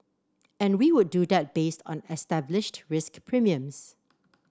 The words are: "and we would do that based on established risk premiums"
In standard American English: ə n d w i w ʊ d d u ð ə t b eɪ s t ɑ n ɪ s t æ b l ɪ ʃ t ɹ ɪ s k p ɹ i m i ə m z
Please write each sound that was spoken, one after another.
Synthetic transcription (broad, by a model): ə n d w i w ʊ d d u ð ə t b eɪ s t ɑ n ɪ s t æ b l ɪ ʃ t ɹ ɪ s k p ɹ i m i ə m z